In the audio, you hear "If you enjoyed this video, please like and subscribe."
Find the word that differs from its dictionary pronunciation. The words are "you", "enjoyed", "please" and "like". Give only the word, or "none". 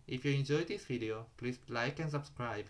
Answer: please